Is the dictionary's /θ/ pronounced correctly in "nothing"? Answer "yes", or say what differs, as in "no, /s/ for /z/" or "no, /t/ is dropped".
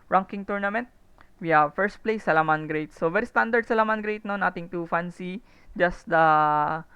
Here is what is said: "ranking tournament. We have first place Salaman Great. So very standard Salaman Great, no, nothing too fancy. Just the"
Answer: no, /t/ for /θ/